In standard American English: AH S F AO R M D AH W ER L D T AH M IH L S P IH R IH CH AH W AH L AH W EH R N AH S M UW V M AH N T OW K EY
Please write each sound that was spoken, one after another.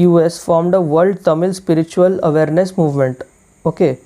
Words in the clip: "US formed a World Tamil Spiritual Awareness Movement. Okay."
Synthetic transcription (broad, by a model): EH S F AO R M D AH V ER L D T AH M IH L S P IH R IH CH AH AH L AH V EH R N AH S M UW V M AH N T OW K EY